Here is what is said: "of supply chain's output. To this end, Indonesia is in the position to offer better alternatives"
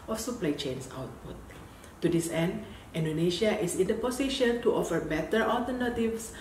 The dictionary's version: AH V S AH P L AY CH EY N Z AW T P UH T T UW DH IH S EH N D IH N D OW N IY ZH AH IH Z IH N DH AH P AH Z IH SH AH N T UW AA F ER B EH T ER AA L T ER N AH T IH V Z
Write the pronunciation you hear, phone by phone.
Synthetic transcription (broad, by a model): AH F S AH P L AY CH EY N S AW T P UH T T UW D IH S EH N D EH N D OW N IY SH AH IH S IH N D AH P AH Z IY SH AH N T UW AA F ER B EH T ER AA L T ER N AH T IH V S